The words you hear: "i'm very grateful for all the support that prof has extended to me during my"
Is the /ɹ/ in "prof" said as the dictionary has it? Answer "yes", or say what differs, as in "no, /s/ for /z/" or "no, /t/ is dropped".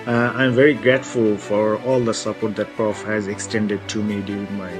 yes